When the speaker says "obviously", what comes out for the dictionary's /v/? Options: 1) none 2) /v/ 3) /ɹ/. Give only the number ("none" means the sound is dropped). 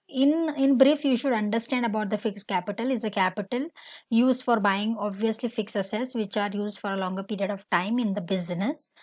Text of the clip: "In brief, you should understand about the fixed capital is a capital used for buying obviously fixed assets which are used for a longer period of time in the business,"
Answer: 2